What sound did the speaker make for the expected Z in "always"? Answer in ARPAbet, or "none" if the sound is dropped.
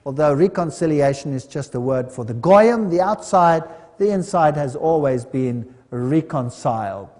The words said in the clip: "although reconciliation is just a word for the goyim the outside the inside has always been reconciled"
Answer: Z